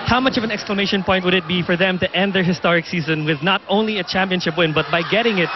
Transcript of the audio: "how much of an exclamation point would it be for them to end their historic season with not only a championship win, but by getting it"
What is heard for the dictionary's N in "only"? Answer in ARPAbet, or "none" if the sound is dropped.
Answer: N